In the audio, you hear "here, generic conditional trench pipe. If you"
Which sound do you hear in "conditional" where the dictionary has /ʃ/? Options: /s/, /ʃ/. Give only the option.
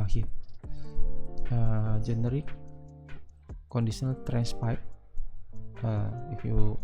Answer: /s/